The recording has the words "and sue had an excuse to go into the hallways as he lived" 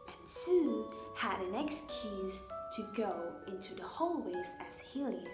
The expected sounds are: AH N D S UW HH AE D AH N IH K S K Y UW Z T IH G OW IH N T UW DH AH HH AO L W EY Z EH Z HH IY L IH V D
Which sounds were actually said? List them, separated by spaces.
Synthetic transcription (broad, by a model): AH N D S UW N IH D AH N IH K S K Y UW Z T IH G OW IH N T UW DH AH HH AO L W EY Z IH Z HH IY L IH